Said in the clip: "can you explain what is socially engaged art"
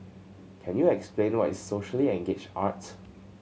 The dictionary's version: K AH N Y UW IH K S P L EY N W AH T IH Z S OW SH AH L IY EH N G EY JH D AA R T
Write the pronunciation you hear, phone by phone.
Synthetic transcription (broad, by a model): K AH N Y UW IH K S P L EY N W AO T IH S S OW SH AH L IY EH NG G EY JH AA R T